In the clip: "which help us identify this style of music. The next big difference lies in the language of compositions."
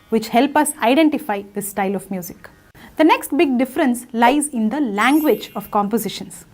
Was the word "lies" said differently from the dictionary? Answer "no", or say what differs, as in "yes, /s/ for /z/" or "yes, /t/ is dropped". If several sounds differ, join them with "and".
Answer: no